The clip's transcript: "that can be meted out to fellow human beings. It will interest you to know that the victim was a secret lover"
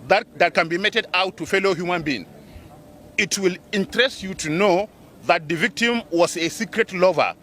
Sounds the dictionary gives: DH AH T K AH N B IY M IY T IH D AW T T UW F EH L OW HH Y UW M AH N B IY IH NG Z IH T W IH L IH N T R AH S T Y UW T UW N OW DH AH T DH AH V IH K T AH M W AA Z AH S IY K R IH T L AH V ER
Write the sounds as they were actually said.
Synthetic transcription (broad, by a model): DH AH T K AH N B IY M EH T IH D AW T T UW F EH L OW HH Y UW M AH N B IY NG IH T W IH L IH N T R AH S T Y UW T UW N OW DH AH T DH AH V IH K T AH M W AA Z AH S IY K R IH T L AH V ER